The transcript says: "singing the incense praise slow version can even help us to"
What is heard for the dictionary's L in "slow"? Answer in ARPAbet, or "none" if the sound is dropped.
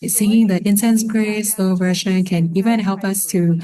none